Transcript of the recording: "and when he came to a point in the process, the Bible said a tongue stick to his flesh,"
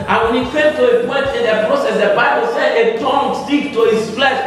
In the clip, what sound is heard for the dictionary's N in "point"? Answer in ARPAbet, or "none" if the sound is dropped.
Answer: none